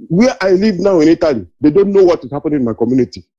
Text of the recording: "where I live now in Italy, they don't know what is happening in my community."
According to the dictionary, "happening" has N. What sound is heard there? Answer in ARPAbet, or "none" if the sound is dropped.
none